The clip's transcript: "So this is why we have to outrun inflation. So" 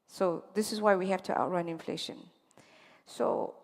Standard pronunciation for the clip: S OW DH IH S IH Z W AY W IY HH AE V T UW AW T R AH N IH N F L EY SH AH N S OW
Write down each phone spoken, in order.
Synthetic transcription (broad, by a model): S OW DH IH S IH S W AY W IY HH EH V T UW AW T R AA N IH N F L EY SH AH N S OW